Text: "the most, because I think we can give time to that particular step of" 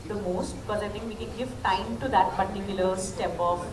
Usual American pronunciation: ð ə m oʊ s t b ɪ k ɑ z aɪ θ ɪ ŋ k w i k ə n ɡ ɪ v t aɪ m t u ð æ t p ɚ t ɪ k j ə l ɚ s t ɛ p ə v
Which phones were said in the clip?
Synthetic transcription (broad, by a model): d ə m oʊ s t b ɪ k ɑ z aɪ t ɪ ŋ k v i k ə n ɡ ɪ v t aɪ m t u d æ t p ɚ t ɪ k j ə l ɚ s t ɛ p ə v